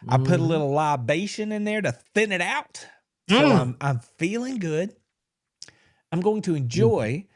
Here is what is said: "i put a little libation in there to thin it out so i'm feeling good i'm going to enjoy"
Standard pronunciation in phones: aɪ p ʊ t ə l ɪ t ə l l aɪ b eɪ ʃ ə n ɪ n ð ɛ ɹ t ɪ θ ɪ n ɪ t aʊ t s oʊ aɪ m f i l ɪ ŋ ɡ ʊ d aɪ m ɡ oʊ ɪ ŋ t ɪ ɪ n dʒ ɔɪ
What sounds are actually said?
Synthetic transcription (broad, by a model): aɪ p ʊ t ə l ɪ t l l aɪ b eɪ ʃ ə n ɪ n ð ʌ ɹ t ɪ θ ɪ n ɪ t aʊ t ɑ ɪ aɪ m f i l ɪ ŋ ɡ ʊ d aɪ m ɡ oʊ ɪ ŋ t ɪ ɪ n dʒ ɔɪ